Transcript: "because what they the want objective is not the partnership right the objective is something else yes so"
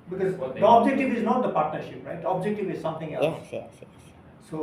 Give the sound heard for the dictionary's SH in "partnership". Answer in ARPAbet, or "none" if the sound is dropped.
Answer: SH